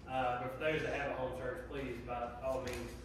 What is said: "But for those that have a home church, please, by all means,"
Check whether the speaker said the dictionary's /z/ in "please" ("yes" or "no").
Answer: yes